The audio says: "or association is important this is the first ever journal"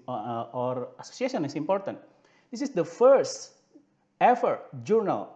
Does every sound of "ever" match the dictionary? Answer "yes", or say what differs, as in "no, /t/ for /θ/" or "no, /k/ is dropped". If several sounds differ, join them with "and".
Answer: no, /f/ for /v/